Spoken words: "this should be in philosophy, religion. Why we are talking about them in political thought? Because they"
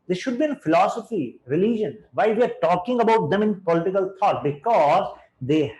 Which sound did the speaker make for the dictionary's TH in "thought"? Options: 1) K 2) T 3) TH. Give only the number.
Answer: 2